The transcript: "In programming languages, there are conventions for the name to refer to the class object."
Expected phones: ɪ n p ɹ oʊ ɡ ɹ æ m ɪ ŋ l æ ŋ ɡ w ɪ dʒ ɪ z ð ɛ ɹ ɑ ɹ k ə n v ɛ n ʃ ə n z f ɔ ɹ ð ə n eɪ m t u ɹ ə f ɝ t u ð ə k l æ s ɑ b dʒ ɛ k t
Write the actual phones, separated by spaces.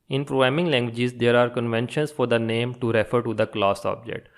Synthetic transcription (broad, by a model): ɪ n p ɹ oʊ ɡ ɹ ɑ m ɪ ŋ l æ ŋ ɡ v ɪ dʒ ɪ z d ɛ ɹ ɑ ɹ k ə n v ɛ n ʃ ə n s f ɔ ɹ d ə n eɪ m t u ɹ ə f ɝ t u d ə k l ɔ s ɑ b dʒ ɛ k t